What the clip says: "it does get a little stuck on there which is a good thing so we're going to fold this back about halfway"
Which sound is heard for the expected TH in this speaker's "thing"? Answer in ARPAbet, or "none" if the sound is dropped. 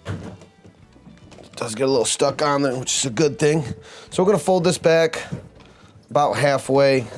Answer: TH